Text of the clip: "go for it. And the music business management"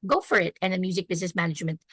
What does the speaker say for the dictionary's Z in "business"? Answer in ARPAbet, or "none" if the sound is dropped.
Z